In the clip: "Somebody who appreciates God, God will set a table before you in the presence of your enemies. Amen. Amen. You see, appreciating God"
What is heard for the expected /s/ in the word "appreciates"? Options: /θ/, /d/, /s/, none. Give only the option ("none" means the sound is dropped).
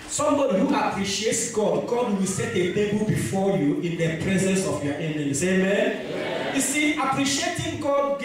/s/